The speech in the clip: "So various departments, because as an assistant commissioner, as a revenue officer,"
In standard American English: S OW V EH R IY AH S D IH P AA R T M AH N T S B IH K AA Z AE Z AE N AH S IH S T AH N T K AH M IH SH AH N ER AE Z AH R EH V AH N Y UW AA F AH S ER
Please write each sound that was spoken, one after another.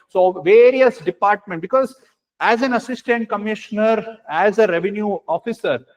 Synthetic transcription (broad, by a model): S OW V EH R IY AH S D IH P AA R T M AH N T B IH K AA Z AE Z AE N AH S IH S T AH N T K AH M IH SH AH N ER AE Z AH R EH V AH N Y UW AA F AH S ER